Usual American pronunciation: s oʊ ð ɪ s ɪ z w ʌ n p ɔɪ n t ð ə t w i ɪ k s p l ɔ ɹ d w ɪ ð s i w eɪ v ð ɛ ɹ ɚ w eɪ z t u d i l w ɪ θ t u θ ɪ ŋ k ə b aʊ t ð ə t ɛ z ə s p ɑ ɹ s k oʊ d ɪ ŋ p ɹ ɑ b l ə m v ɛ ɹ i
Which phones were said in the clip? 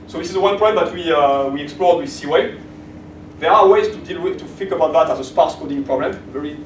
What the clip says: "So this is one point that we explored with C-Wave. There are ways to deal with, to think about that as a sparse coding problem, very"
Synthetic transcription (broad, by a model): s oʊ ð ɪ s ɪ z w ʌ n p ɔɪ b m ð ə t w i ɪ k s p l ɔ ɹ d w ɪ ð s i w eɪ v ð ɛ ɹ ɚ w eɪ z t u d i l w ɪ t u f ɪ k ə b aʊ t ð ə t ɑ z ə s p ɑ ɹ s k oʊ d ɪ ŋ p ɹ ɑ b l ə m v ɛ ɹ i